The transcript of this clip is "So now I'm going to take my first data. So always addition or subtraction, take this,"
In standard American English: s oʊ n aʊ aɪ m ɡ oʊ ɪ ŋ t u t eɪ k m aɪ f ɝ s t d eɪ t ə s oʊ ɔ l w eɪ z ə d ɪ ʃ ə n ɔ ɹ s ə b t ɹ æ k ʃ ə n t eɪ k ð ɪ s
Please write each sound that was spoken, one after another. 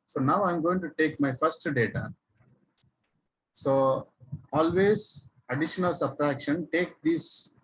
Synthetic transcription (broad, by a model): s oʊ n aʊ aɪ m ɡ oʊ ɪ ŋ t u t eɪ k m aɪ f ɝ s t d eɪ t ə s oʊ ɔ l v eɪ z ə d ɪ ʃ ə n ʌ l s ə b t ɹ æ k ʃ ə n t eɪ k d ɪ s